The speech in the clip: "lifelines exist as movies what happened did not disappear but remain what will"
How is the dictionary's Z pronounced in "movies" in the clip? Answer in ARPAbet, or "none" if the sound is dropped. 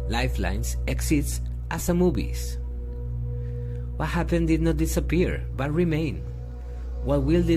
S